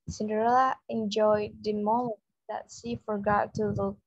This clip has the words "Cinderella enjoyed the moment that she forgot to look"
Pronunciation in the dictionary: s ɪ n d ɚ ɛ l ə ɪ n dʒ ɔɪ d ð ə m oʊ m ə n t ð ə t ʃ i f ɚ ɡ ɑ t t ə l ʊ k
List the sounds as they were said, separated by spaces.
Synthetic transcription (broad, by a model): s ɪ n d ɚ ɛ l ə ɪ n dʒ ɔɪ d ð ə m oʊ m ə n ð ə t s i f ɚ ɡ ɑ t t ə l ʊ